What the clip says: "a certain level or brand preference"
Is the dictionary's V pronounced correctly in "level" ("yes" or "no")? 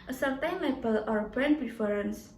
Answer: no